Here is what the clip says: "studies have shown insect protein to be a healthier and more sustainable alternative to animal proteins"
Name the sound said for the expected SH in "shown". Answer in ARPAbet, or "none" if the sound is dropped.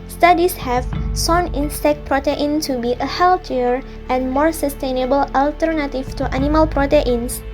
S